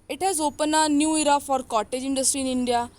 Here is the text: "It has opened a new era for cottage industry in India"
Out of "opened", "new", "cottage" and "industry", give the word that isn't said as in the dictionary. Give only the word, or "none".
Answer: opened